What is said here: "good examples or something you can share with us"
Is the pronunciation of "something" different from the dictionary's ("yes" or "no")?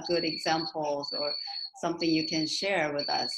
no